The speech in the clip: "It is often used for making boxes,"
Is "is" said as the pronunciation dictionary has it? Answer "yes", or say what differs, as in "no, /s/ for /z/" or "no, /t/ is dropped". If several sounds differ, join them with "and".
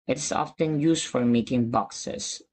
no, /s/ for /z/